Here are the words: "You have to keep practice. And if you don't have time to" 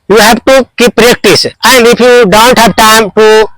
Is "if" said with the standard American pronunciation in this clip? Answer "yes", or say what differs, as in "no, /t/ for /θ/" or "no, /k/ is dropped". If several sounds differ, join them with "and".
no, /p/ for /f/